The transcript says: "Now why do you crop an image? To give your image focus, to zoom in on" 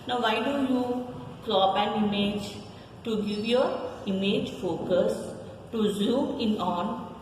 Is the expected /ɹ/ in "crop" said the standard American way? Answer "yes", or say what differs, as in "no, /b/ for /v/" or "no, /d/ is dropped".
no, /l/ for /ɹ/